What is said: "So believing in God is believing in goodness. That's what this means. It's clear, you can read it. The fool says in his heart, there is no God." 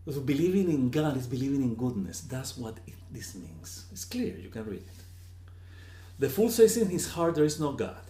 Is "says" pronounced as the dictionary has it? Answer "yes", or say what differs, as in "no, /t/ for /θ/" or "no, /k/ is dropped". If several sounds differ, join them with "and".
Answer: no, /s/ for /z/